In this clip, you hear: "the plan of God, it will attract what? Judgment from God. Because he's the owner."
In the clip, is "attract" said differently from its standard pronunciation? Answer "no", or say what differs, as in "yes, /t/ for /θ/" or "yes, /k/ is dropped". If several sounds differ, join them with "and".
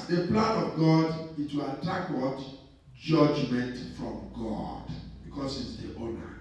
yes, /ɹ/ is dropped